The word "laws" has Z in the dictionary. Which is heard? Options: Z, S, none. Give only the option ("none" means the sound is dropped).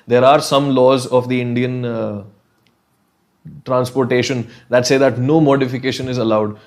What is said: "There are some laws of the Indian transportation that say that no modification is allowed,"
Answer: Z